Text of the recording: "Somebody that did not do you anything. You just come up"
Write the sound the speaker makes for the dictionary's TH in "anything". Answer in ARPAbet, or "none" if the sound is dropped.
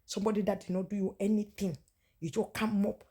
T